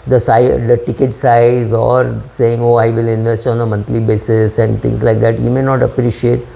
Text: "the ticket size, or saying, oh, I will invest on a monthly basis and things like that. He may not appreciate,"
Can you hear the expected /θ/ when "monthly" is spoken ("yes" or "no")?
no